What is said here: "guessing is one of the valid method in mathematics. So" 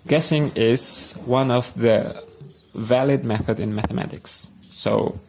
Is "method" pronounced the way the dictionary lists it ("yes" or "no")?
yes